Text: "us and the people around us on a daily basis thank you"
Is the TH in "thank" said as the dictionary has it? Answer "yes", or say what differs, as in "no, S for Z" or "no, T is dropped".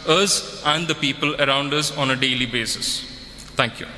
no, T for TH